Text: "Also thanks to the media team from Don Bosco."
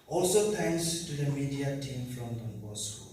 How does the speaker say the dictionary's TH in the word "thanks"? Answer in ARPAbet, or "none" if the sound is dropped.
T